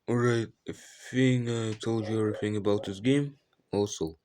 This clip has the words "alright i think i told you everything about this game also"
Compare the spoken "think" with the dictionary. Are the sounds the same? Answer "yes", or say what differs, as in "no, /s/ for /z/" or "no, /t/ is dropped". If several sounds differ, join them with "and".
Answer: no, /k/ is dropped